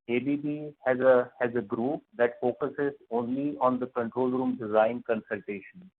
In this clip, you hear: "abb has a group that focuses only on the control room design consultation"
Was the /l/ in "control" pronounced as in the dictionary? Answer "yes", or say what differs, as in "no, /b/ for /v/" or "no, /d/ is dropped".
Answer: yes